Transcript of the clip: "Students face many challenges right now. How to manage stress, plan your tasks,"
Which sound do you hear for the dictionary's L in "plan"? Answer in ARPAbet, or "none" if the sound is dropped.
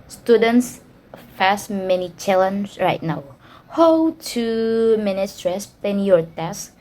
none